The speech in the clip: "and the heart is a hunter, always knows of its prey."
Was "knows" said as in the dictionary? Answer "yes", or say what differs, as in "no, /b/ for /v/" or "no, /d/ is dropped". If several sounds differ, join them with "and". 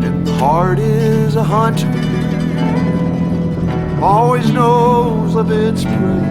yes